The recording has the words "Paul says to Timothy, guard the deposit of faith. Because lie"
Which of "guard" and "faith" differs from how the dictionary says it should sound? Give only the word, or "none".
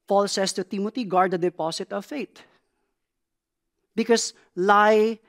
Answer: faith